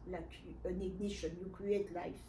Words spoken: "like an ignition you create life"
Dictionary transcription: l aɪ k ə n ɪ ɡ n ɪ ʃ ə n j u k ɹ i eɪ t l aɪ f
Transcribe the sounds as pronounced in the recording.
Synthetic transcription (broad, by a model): l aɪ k ə n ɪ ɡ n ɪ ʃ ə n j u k i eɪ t l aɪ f